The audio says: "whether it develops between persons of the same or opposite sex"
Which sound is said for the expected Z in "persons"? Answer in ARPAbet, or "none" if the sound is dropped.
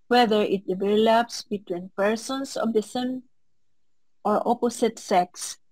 S